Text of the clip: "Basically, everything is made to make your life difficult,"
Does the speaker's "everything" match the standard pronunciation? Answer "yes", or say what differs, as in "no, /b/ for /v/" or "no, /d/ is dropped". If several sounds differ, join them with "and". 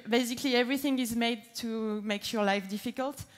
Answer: yes